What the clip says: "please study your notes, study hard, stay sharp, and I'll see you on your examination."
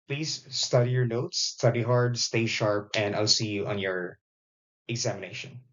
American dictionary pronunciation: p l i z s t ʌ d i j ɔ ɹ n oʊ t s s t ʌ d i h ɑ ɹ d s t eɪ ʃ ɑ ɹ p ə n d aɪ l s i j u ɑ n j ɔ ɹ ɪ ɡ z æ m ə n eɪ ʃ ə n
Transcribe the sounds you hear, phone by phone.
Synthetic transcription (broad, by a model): p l i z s t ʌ d i j ɔ ɹ n oʊ t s s t ʌ d i h ɑ ɹ d s t eɪ ʃ ɑ ɹ p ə n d aɪ l s i j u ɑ n j ɔ ɹ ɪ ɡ z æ m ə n eɪ ʃ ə n